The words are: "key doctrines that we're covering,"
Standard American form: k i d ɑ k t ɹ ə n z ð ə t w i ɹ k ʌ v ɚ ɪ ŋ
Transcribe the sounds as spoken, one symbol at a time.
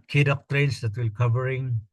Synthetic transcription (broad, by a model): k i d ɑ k t ɹ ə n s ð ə t w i l k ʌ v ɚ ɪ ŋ